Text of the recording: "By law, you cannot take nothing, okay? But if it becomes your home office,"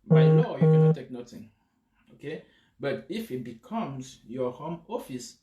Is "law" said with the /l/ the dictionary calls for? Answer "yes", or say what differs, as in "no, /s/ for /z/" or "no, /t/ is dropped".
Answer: no, /n/ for /l/